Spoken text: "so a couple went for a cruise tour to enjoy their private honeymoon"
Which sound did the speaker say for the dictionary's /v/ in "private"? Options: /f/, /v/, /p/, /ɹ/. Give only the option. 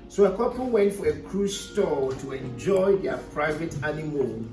/v/